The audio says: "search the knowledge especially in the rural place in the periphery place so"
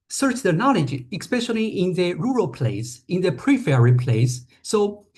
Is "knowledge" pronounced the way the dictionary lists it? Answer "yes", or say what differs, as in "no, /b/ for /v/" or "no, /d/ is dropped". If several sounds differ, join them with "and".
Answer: yes